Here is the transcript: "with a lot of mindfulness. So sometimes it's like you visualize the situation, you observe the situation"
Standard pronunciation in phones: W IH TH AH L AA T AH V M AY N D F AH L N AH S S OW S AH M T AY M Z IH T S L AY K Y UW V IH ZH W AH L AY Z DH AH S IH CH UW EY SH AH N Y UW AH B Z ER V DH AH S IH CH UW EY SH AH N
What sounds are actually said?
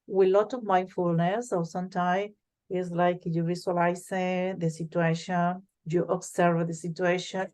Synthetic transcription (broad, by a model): W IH L AA T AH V M AY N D F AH L N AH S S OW S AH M T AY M IH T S L AY K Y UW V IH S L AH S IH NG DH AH S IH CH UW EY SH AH N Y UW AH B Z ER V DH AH S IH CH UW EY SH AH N